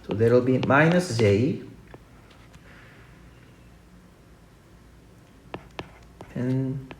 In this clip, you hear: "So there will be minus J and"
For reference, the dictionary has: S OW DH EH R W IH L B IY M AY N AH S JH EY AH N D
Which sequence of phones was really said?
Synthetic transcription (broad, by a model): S OW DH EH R W IH L B IY M AY N AH S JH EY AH N